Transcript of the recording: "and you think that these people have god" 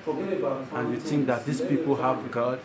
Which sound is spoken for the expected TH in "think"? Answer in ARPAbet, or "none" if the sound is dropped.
T